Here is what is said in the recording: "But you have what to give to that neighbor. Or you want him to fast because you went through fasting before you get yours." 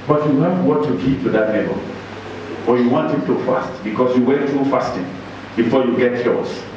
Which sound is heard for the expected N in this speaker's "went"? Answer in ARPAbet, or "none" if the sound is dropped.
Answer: none